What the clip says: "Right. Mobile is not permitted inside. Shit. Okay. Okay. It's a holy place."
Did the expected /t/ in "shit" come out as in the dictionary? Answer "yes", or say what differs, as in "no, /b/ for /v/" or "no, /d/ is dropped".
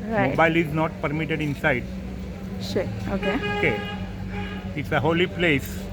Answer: no, /t/ is dropped